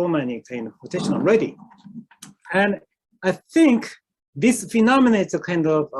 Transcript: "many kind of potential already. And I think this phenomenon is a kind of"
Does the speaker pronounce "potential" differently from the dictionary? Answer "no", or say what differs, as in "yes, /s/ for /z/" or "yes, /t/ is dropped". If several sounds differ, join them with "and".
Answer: yes, /n/ is dropped